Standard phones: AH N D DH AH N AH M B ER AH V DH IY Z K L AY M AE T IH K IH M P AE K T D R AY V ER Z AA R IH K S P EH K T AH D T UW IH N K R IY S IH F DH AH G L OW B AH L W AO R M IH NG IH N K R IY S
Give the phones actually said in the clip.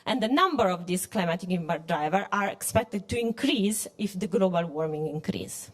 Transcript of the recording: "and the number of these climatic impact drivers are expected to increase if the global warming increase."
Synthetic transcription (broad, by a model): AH N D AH N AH M B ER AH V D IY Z K L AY M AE T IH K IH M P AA T D R AY V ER AA R IH K S P EH K T AH D T UW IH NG K R IY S IH F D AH G L OW B AH L W AO R M IH NG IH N K R IY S